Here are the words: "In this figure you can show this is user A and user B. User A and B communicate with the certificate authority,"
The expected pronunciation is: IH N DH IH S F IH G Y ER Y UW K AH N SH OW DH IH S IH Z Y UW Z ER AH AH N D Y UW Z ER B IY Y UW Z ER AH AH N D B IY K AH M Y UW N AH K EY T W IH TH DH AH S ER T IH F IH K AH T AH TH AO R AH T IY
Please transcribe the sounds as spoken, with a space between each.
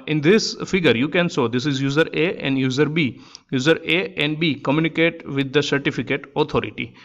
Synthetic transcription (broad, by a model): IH N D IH S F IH G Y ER Y UW K AH N S OW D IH S IH Z Y UW Z ER AH AH N D Y UW Z ER B IY Y UW Z ER AH AH N D B IY K AH M Y UW N AH K EY T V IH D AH S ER T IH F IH K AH T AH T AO R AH T IY